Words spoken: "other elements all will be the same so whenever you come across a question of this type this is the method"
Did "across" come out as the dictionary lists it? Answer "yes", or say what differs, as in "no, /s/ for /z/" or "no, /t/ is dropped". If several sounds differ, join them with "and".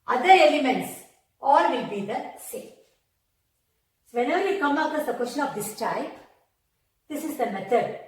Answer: no, /ɹ/ is dropped